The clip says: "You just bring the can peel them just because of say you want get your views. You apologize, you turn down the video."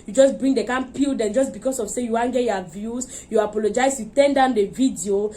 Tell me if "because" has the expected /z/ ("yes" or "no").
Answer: no